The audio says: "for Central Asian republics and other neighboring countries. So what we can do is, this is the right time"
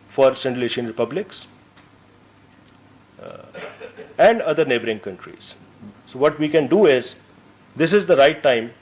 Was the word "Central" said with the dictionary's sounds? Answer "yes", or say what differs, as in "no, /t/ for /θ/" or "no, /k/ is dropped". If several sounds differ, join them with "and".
no, /ɹ/ is dropped